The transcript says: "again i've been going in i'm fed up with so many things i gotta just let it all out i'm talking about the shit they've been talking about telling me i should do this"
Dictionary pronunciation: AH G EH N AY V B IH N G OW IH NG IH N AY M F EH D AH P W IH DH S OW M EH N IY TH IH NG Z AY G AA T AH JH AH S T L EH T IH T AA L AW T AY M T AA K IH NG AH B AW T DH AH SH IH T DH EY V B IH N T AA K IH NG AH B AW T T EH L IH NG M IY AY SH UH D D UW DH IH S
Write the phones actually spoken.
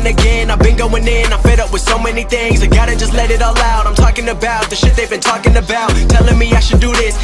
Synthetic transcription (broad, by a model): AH G EH N AY V B IH N G OW IH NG IH N AY F EH D AH P W IH DH S OW M EH N IY TH IH NG Z AY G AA T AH JH AH S T L EH T IH T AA L AW T AY M T AA K IH NG AH B AW T DH AH SH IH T DH EY V B IH N T AA K IH NG AH B AW T T EH L IH NG M IY AY SH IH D D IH DH IH S